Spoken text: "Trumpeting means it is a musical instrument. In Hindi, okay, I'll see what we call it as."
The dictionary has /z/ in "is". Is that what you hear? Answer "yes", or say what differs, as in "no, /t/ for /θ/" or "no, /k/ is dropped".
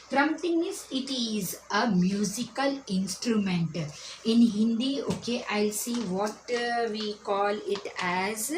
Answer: yes